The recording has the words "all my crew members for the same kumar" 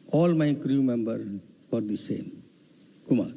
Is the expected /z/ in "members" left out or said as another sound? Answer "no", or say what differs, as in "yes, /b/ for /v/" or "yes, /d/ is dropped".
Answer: yes, /z/ is dropped